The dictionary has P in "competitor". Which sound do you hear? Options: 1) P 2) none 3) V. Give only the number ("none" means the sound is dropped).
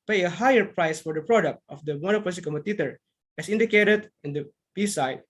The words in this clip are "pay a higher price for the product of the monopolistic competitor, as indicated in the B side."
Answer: 2